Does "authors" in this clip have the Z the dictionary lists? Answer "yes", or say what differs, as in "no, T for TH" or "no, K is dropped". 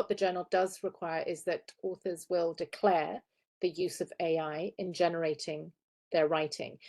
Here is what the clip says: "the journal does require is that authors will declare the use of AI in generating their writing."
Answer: yes